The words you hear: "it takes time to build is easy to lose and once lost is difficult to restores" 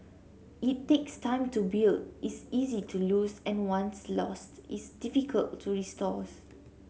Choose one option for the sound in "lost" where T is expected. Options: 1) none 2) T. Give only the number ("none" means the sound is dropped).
2